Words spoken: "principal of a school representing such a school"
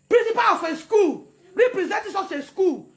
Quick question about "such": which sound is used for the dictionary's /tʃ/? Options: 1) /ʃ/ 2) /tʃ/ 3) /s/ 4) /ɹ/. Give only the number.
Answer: 3